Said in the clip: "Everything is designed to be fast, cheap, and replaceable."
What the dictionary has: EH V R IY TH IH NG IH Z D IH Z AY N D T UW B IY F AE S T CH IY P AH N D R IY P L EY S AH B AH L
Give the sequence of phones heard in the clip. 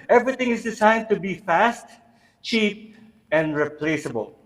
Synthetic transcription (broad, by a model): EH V R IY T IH NG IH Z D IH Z AY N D T UW B IY F AE S T CH IY P AH N D R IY P L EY S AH B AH L